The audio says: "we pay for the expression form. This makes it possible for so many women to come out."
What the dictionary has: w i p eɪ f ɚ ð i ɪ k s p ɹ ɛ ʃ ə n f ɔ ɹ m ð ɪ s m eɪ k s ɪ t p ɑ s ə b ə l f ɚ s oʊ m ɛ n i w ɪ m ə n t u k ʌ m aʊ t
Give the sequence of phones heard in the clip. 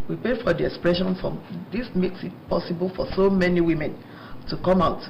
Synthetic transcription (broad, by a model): w i p eɪ f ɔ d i ɪ k s p ɹ ɛ ʃ ə n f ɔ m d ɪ s m eɪ k s ɪ t p ɑ s ə b ə l f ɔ s oʊ m ɛ n i w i m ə n t u k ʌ m aʊ t